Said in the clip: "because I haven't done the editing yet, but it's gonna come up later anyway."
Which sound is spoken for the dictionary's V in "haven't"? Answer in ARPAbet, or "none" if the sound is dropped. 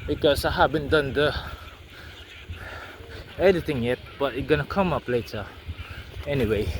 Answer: B